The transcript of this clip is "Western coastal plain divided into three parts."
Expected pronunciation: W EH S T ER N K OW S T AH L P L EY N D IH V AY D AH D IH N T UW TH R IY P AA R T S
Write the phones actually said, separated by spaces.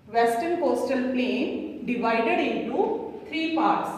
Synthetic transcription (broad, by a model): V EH S T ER N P OW S T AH L P L EY N D IH V AY D AH D IH N T UW T R IY P AA R T S